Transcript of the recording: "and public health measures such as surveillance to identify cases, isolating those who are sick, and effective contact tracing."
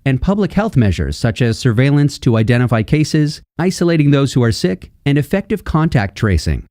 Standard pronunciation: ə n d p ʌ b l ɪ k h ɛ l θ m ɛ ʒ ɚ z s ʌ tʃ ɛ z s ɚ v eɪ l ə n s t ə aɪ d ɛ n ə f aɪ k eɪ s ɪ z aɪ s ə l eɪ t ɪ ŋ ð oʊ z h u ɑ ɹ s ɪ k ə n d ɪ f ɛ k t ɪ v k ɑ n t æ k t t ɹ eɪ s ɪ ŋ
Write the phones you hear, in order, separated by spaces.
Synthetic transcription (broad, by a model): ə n p ʌ b l ɪ k h ɛ l θ m ɛ ʒ ɚ z s ʌ tʃ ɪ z s ɚ v eɪ l ə n s t ə aɪ d ɛ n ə f aɪ k eɪ s ɪ z aɪ s ə l eɪ t ɪ ŋ ð oʊ z h u ɑ ɹ s ɪ k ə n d ɪ f ɛ k t ɪ v k ɑ n t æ k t t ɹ eɪ s ɪ ŋ